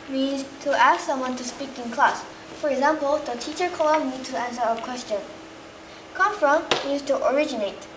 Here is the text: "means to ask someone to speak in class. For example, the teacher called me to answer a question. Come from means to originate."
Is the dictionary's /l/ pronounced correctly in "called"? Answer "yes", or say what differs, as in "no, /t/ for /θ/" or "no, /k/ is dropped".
no, /n/ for /l/